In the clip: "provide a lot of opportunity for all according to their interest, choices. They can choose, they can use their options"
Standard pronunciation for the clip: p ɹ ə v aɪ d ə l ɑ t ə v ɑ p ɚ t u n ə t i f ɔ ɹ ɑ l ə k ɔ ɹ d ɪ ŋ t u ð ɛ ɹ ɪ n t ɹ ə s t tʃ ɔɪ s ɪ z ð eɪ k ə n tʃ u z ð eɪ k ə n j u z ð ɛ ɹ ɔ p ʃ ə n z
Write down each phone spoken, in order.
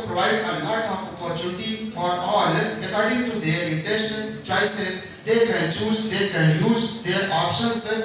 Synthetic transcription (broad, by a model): p ɹ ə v aɪ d ə l ɑ t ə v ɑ p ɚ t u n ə t i f ɔ ɹ ɑ l ə k ɔ ɹ d ɪ ŋ t u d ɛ ɹ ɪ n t ə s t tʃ ɔɪ s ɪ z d eɪ k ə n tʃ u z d eɪ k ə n j u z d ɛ ɹ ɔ p ʃ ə n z